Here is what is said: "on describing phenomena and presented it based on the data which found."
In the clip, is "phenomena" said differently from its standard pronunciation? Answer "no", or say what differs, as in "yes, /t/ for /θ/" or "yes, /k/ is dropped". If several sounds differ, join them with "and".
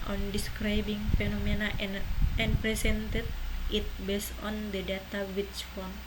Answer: no